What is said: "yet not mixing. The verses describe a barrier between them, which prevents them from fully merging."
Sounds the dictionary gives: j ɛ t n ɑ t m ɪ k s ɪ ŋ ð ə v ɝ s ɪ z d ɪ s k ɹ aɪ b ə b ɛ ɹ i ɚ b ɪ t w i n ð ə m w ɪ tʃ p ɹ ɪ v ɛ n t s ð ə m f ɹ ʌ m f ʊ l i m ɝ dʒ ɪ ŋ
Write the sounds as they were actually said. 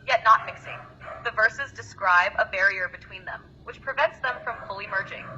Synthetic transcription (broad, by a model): j ɛ t n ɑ t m ɪ k s ɪ ŋ ð ə v ɝ s ɪ z d ɪ s k ɹ aɪ b ə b ɛ ɹ i ɚ b ɪ t w i n ð ə m w ɪ tʃ p ɹ ɪ v ɛ n t s ð ə m f ɹ ʌ m f ʊ l i m ɝ dʒ ɪ ŋ